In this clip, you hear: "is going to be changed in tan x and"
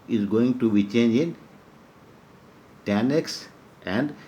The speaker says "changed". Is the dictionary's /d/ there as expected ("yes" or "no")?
no